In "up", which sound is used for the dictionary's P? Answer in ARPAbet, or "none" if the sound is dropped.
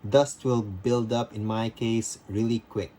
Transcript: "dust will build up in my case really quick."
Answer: P